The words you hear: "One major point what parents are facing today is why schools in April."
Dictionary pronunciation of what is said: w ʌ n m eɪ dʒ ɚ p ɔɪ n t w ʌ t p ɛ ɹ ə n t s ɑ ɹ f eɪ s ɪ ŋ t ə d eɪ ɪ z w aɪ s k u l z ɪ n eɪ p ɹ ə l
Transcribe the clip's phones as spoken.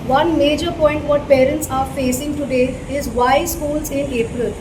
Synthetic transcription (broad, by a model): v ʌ n m eɪ dʒ ɚ p ɔɪ n t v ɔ t p ɛ ɹ ə n t s ɑ ɹ f eɪ s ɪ ŋ t ə d eɪ ɪ z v aɪ s k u l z ɪ n eɪ p ɹ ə l